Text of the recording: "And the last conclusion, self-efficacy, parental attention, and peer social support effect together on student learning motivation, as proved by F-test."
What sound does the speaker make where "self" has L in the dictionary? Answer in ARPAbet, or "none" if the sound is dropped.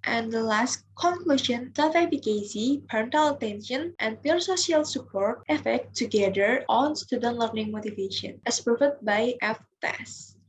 none